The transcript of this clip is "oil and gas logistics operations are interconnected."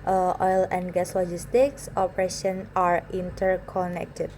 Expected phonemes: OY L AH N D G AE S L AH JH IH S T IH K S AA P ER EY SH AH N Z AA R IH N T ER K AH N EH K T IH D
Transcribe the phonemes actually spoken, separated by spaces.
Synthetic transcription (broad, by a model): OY L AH N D G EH S L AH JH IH S T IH K S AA P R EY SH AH N AA R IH N T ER K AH N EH K T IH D